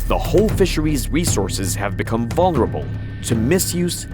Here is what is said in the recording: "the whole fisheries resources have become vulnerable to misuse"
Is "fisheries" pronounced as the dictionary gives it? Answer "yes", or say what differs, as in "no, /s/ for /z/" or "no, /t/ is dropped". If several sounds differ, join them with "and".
yes